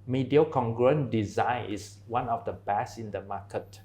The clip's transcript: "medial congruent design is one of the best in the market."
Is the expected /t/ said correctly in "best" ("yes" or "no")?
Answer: no